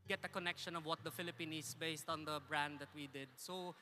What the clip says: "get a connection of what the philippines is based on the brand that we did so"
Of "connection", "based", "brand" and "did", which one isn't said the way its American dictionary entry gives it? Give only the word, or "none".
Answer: none